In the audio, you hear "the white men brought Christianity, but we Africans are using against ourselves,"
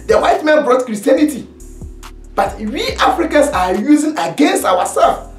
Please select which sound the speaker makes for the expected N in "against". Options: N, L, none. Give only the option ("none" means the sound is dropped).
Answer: N